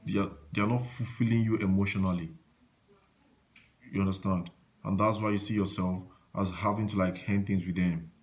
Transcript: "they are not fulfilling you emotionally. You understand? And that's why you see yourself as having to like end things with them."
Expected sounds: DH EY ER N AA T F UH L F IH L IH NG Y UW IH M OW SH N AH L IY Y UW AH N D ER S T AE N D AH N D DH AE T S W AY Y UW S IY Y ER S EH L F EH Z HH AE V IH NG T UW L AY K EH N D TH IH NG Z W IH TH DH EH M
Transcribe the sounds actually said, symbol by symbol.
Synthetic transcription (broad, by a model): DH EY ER N AA T F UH L F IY L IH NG Y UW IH M OW SH N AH L IY Y UW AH N D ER S T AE N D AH N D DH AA T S W AY Y UW S IY Y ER S EH L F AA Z HH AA V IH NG T UW L AY K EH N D TH IH NG Z W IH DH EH M